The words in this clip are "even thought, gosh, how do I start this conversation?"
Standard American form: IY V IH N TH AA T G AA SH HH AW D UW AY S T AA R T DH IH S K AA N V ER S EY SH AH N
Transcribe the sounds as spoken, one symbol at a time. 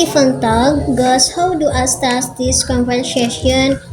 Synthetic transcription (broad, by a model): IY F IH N T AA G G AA S HH AW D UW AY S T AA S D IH S K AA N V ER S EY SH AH N